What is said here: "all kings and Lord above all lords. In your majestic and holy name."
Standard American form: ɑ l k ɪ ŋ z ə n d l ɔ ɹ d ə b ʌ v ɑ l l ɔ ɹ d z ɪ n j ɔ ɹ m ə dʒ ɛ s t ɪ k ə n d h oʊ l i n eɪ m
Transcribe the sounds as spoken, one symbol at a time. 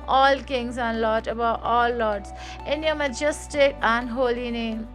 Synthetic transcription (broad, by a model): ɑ l k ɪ ŋ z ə n l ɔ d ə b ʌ ɑ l l ɔ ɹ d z ɪ n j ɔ m ə dʒ ɛ s t ɪ k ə n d h oʊ l i n eɪ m